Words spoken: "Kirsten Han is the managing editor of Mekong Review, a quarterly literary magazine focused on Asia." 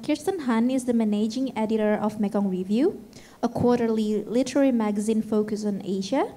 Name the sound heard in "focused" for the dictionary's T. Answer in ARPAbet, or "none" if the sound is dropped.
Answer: none